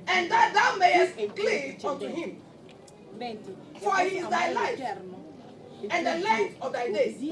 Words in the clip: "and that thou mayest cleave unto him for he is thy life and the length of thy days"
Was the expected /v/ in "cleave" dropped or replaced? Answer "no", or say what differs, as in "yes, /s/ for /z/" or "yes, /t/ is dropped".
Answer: yes, /v/ is dropped